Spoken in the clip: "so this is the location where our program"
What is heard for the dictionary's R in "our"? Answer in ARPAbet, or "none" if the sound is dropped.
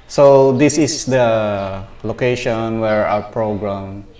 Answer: W